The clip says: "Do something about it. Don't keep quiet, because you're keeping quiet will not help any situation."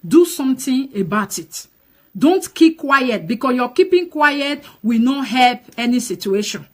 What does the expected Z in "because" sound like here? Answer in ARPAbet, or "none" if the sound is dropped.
S